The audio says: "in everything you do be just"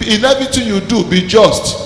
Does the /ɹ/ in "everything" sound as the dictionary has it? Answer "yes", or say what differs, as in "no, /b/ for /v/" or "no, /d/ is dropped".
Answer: no, /ɹ/ is dropped